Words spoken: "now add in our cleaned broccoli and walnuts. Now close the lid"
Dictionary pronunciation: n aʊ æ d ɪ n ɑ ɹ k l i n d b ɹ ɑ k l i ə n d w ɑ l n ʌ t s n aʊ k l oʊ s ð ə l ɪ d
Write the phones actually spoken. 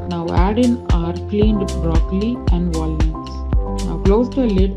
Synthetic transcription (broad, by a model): n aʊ æ d ɪ n ɑ ɹ k l i n d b ɹ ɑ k l i ə n d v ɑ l ʌ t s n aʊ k l oʊ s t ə l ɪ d